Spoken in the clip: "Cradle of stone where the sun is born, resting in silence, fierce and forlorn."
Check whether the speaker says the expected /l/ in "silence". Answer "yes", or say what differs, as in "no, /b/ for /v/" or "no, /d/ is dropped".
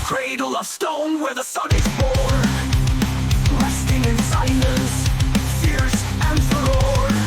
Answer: no, /n/ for /l/